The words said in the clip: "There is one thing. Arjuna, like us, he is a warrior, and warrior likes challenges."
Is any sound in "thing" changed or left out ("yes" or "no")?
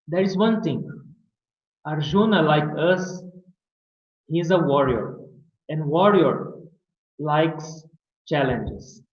yes